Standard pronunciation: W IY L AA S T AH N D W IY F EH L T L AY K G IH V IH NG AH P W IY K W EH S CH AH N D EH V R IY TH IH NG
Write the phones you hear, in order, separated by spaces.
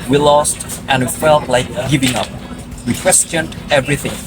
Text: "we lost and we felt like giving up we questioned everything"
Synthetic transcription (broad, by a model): W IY L AA S T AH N W IY F EH L T L AY K G IH V IH NG AH P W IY K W EH S CH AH N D EH V R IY TH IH NG